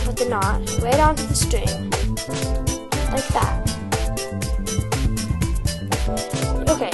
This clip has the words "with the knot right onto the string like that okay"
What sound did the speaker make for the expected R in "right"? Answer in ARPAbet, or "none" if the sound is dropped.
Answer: W